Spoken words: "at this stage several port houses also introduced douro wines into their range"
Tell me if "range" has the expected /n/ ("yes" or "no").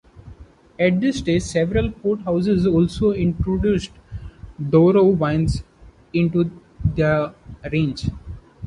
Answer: yes